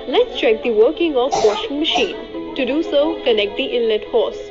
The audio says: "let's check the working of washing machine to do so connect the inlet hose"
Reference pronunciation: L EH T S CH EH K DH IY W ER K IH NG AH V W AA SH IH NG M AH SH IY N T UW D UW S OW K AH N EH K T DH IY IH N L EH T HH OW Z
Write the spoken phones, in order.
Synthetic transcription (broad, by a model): L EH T S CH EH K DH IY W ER K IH NG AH F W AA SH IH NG M AH SH IY N T UW D UW S OW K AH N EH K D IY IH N L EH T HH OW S